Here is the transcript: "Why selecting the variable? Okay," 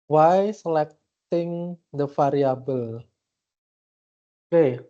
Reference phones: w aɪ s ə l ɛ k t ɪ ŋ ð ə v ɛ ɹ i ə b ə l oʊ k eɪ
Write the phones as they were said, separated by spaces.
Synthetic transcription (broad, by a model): w aɪ s ə l ɛ k t ɪ ŋ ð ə f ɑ ɹ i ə b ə l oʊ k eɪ